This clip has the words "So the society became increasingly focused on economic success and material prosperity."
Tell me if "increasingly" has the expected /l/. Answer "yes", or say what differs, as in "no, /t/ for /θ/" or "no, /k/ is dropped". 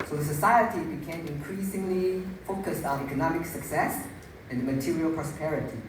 yes